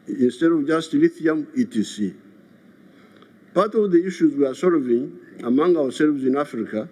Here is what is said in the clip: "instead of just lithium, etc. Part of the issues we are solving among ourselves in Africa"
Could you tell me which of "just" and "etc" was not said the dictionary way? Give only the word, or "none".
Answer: etc